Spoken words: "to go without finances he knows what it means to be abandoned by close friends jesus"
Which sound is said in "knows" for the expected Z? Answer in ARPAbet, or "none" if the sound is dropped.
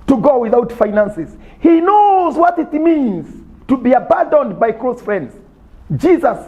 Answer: Z